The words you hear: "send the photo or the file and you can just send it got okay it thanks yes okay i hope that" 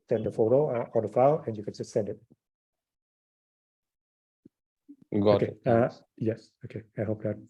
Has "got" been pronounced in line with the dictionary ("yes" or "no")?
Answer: no